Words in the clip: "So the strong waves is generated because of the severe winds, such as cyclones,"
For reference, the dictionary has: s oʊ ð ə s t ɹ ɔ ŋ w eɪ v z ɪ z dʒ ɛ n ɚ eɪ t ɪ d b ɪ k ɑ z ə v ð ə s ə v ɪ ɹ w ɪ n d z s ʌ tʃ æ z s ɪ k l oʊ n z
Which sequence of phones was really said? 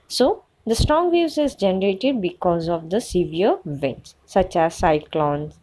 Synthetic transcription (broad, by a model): s oʊ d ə s t ɹ ɔ ŋ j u z ɪ z dʒ ɛ n ɚ eɪ t ɪ d b ɪ k ɑ z ə v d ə s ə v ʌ ɹ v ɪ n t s s ʌ tʃ æ z s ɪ k l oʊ n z